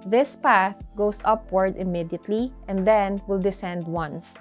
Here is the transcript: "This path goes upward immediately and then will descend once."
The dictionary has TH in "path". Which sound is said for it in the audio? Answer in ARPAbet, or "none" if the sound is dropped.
TH